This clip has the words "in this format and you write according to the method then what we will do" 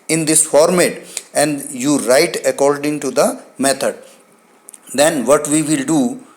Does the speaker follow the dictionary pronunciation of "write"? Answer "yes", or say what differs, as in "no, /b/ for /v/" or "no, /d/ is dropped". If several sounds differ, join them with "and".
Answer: yes